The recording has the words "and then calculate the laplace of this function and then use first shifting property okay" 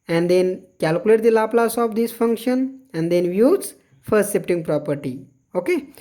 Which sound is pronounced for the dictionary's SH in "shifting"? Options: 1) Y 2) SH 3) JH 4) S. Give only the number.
4